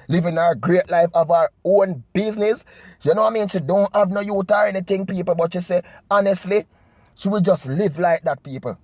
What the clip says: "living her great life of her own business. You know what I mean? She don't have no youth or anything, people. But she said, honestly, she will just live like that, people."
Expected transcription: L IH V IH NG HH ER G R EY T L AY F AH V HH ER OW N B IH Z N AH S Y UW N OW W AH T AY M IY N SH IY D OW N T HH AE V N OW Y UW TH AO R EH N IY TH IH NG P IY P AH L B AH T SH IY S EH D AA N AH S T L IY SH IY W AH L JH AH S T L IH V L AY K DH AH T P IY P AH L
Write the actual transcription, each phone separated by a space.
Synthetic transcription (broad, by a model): L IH V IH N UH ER G R EY T L AY F AH V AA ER OW N B IH Z N AH S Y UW N OW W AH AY M IY N S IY D OW N T HH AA V N OW Y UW T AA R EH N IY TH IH NG P IY P AH L B AH T SH IY S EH AA N AH S T L IY SH IY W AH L JH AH S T L IH V L AY K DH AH T P IY P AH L